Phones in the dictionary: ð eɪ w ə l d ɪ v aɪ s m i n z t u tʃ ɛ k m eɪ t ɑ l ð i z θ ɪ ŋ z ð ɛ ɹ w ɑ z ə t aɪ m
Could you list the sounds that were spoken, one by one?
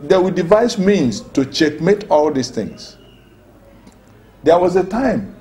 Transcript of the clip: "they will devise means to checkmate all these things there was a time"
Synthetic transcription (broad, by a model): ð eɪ w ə d ɪ v aɪ s m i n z t u tʃ ɛ k m eɪ t ɑ l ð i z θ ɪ ŋ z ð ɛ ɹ w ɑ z ə t aɪ m